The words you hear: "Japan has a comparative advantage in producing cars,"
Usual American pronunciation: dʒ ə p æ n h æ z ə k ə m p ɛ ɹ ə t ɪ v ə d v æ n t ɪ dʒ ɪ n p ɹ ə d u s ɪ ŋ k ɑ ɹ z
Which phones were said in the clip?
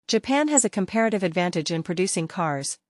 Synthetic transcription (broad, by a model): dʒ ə p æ n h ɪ z ə k ə m p ɛ ɹ ə t ɪ v ə d v æ n t ɪ dʒ ɪ n p ɹ ə d u s ɪ ŋ k ɑ ɹ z